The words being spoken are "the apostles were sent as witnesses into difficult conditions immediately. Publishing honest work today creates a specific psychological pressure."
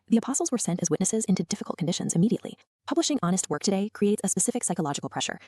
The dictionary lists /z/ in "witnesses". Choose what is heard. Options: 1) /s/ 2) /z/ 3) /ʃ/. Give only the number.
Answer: 2